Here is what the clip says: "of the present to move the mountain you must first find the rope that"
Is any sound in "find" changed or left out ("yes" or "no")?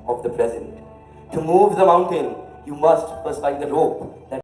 yes